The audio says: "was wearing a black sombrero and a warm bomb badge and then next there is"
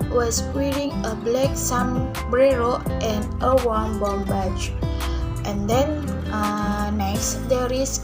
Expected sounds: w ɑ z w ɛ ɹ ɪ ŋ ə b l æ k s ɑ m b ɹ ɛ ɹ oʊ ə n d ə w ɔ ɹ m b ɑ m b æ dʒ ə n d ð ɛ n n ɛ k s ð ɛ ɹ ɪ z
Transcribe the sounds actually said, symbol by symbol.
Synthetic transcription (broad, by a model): w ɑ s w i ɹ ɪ ŋ ə b l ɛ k s ɑ m b ɹ ɛ ɹ oʊ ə n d ə w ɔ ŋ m b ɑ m b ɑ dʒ ə n d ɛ n n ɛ s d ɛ ɹ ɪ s